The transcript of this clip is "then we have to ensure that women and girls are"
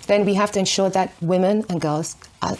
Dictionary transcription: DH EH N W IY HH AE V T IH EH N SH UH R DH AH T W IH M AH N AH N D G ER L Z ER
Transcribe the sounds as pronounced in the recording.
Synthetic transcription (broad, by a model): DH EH N W IY HH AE F T IH EH N SH UH R DH AH T W IH M AH N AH N G ER L Z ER